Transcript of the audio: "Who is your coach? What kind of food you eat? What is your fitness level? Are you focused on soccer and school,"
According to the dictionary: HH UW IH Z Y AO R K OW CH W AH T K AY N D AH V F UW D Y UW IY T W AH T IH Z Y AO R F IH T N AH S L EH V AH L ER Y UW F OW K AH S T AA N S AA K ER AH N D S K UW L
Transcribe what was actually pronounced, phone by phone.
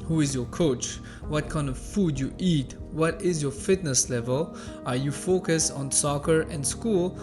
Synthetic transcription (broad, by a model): HH UW IH Z Y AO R K OW CH W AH T K AY N D AH V F UW D Y UW IY T W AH T IH Z Y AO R F IH T N AH S L EH V AH L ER Y UW F OW K AH S T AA N S AA K ER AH N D S K UW L